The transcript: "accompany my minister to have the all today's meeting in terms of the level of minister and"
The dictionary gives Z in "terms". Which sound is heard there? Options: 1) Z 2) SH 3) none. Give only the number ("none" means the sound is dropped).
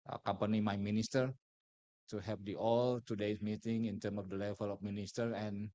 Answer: 3